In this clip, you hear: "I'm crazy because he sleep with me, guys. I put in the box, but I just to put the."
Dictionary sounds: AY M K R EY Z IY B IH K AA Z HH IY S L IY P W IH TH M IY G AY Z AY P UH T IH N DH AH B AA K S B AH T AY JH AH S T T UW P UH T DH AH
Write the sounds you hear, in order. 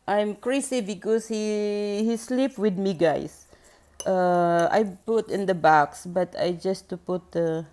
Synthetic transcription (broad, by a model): AY M K R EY S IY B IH K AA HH HH IY S L IY P W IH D M IY G AY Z AY P UH T IH N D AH B AA K S B AH T AY JH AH S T T UW P UH T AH